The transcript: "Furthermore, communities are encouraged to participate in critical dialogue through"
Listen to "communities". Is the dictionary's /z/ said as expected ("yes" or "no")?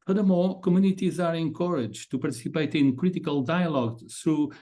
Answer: yes